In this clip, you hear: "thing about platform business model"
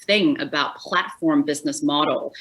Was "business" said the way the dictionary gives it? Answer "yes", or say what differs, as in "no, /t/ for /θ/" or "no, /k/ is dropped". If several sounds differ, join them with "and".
yes